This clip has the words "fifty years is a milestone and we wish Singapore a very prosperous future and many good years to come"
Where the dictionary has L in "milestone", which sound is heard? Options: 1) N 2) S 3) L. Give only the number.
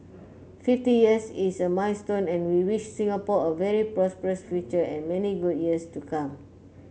1